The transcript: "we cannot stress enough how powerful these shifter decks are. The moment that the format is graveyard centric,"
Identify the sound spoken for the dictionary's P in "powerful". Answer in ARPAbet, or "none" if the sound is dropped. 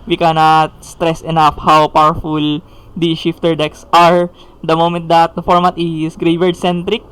P